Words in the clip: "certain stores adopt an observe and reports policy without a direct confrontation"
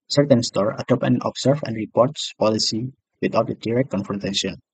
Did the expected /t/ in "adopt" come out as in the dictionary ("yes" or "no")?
no